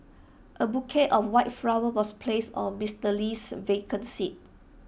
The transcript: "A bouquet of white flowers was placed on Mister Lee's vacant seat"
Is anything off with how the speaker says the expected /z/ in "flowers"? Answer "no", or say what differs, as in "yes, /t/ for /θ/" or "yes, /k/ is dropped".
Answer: yes, /z/ is dropped